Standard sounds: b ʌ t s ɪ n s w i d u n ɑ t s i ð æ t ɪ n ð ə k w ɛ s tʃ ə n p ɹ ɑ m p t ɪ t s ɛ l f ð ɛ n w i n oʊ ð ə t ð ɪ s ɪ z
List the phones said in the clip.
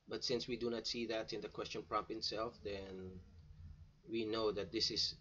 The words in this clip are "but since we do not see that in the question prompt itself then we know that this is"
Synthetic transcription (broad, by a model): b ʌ t s ɪ n s w i d u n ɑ t s i ð æ t ɪ n ð ə k w ɛ s tʃ ə n p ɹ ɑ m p ɪ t s ɛ l f ð ɛ n w i n oʊ ð ə t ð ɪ s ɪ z